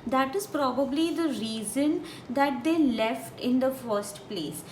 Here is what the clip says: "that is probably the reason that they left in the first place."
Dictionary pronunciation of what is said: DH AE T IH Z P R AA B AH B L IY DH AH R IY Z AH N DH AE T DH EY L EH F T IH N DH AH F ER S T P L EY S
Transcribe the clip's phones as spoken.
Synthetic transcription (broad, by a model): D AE T IH Z P R AA B AH B L IY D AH R IY Z AH N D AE T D EY L EH F T IH N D AH F ER S T P L EY S